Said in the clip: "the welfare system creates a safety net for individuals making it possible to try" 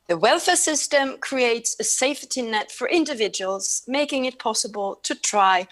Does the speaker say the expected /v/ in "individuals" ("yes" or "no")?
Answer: yes